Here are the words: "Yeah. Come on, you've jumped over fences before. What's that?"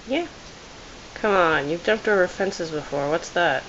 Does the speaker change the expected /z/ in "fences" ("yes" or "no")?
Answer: no